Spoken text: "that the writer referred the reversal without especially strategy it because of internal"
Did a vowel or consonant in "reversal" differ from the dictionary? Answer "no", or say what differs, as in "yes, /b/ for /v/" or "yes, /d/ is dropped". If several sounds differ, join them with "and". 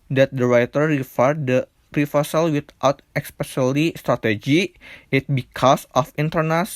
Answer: yes, /f/ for /v/